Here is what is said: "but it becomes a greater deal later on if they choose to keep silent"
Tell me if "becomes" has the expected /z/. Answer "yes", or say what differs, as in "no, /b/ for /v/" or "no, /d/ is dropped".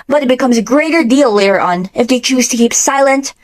yes